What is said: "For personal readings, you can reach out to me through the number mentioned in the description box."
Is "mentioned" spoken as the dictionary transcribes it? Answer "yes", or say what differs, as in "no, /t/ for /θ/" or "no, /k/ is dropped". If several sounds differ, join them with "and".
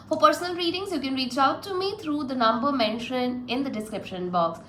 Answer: no, /d/ is dropped